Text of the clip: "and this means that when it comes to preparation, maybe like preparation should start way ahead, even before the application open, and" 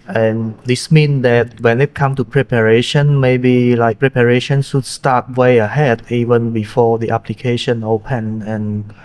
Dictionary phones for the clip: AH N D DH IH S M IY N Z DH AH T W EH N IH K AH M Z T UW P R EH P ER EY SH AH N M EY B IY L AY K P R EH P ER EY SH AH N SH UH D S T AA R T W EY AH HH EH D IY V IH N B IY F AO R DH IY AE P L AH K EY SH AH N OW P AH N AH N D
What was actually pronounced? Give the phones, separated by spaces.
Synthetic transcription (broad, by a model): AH N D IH S M IY N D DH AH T W EH N IH K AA M T UW P R EH P ER EY SH AH N M EY B IY L AY K P R EH P ER EY SH AH N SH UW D S T AA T W EY AH HH EH D IY V IH N B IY F AO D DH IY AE P L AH K EY SH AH N OW P AH N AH N